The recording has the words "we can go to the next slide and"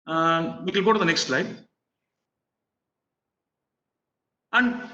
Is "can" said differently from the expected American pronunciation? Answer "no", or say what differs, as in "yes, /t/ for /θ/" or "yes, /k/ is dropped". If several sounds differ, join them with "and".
yes, /l/ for /n/